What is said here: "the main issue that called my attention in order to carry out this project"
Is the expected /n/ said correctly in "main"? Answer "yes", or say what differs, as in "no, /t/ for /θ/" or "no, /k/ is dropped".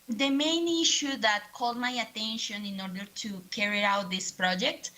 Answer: yes